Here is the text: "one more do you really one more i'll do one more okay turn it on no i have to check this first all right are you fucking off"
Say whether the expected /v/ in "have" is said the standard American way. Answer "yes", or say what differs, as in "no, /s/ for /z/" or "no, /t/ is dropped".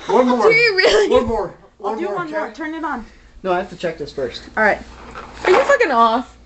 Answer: no, /f/ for /v/